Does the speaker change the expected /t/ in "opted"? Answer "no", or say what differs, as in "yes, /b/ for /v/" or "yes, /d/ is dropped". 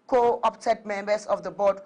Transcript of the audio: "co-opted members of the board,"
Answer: yes, /s/ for /t/